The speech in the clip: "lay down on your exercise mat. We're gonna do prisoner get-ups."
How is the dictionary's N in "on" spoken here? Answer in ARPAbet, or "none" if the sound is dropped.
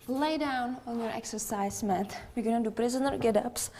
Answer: N